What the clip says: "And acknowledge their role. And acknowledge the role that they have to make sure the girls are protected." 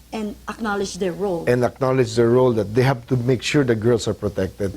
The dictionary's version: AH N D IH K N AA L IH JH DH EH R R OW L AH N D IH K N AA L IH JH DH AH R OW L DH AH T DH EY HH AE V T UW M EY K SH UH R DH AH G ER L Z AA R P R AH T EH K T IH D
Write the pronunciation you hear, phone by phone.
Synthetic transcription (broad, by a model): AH N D IH K N AA L IH JH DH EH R R OW L AH N D IH K N AA L IH JH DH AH R OW L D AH T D EY HH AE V T UW M EY K SH UH R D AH G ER L S AA R P R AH T EH K T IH D